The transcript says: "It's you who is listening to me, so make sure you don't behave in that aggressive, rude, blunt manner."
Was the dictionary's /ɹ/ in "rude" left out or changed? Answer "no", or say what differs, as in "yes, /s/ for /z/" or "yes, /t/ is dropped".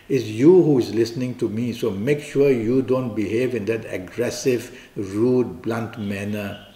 no